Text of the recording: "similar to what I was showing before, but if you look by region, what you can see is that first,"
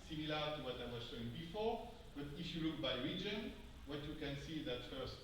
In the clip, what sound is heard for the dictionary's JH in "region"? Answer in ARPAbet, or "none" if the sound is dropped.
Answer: JH